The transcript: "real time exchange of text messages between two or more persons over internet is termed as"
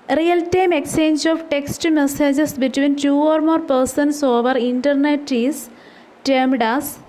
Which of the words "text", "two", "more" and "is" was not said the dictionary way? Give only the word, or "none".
is